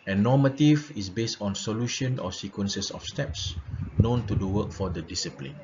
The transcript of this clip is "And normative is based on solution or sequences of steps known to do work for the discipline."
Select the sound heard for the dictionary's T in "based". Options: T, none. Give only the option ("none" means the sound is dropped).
T